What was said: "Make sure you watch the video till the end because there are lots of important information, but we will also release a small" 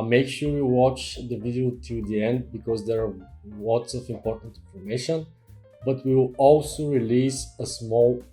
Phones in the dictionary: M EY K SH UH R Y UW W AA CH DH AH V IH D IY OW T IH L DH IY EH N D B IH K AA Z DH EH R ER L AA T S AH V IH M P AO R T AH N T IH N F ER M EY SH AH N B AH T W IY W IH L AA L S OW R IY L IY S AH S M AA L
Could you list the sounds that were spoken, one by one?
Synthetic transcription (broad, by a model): M EY K SH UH R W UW W AA CH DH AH V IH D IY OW T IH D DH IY EH N D B IH K AA Z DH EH R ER W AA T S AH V IH M P AO R T AH N T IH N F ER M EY SH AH N B AH T W IY W IH L AA L S OW R IY L IY S AH S M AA L